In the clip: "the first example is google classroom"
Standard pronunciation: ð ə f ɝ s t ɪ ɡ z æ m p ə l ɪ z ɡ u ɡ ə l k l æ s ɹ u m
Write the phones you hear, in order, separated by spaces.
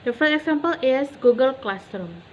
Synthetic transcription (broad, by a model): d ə f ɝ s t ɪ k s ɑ m p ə l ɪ s ɡ u ɡ ə l k l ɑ s ɹ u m